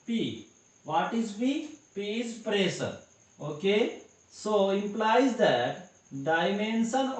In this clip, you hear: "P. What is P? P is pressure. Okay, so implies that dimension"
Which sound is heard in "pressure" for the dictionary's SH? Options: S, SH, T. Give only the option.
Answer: S